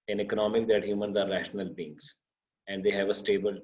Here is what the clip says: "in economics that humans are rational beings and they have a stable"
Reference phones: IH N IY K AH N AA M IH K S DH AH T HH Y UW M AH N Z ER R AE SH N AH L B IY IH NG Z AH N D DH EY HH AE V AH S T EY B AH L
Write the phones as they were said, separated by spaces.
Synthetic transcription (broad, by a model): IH N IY K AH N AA M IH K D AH T HH Y UW M AH N Z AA R AE SH N AH L B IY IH NG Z AH N D EY HH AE V AH S T EY B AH L